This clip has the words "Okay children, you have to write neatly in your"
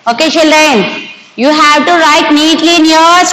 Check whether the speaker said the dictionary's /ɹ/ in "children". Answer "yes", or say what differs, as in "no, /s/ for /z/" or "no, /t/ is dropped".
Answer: no, /ɹ/ is dropped